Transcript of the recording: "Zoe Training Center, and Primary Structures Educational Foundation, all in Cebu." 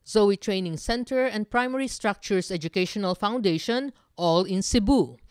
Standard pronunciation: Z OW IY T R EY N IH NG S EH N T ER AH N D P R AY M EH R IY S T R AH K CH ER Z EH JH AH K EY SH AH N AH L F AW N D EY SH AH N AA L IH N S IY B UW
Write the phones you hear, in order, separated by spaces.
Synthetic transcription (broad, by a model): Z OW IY T R EY N IH NG S EH N T ER AH N D P R AY M EH R IY S T R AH K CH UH S EH JH AH K EY SH AH N AH L F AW N D EY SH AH N AA L IH N S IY B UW